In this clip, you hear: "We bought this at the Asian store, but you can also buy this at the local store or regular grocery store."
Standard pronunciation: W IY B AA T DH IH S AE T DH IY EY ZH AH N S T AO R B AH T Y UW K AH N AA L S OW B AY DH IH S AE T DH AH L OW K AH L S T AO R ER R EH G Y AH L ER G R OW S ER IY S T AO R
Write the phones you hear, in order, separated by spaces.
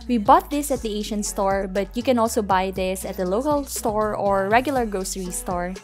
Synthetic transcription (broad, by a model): W IY B AA T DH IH S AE T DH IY EY SH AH N S T AO R B AH T Y UW K AH N AA L S OW B AY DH IH S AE T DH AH L OW K AH L S T AO R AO R EH G Y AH L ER G R OW S ER IY S T AO R